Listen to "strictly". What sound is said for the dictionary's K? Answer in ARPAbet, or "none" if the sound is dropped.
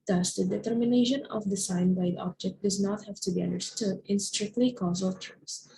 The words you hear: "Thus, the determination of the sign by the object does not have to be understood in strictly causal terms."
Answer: K